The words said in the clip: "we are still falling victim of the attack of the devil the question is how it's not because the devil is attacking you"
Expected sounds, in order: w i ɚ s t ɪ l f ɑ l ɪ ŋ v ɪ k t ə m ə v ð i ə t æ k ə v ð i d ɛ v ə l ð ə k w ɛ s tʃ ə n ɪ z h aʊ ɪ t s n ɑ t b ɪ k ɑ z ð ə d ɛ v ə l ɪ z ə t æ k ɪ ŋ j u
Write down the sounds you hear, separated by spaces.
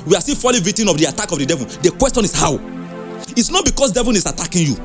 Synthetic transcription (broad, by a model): w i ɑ s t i f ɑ l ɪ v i t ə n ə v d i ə t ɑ k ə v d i d ɛ v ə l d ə k w ɛ s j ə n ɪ s h aʊ ɪ t s n ɑ t b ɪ k ɑ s d ɛ v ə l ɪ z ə t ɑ k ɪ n j u